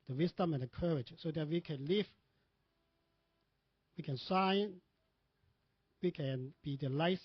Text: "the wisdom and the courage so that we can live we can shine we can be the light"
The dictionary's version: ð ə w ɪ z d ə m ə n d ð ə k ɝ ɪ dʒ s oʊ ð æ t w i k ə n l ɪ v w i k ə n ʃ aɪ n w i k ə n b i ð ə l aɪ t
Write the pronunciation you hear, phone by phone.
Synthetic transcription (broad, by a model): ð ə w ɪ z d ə m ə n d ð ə k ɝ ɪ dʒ s oʊ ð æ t w i k ə n l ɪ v w i k ə n s aɪ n w i k ə n b i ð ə l aɪ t